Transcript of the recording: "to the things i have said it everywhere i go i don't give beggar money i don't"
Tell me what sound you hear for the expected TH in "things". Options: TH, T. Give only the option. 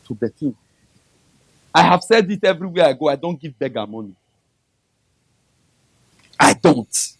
T